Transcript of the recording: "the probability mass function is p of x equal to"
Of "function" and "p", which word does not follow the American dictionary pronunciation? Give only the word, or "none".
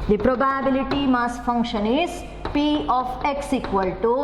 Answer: none